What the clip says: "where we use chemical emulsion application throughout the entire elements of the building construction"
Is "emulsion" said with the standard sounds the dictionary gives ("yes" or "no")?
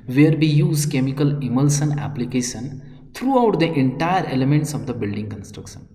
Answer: no